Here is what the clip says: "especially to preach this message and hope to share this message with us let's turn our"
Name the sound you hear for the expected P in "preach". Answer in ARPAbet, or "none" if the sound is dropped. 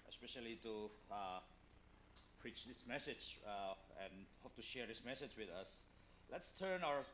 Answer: P